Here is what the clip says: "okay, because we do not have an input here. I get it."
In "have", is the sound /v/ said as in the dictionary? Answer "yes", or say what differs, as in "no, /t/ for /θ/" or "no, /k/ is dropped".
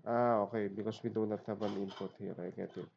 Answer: no, /b/ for /v/